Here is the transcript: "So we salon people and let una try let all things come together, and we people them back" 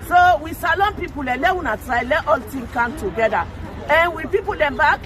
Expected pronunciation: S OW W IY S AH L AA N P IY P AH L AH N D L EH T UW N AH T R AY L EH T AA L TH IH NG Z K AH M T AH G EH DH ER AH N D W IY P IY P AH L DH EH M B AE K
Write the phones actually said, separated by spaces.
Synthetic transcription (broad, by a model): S OW W IY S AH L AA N P IY P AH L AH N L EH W UW N AH T R AY L EH T AA L T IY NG K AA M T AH G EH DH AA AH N W IY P IY P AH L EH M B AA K